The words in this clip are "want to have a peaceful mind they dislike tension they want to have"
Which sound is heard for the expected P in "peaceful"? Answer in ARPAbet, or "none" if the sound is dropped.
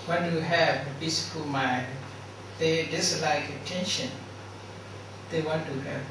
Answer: B